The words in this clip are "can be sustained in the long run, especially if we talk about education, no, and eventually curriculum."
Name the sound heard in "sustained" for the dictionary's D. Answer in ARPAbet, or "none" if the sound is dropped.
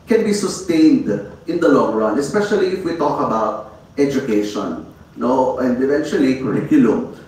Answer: D